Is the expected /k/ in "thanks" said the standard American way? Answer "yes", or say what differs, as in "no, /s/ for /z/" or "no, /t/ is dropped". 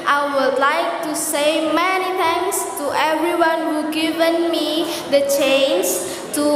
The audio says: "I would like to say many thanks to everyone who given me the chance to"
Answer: no, /k/ is dropped